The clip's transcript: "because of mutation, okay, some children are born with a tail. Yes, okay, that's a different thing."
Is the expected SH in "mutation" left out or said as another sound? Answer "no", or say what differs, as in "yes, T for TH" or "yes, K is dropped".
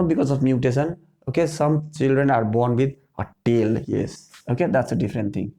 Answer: yes, S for SH